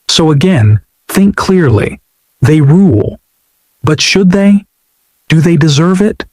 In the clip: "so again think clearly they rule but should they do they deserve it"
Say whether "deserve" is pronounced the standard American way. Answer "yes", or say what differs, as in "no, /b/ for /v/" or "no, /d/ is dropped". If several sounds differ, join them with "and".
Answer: yes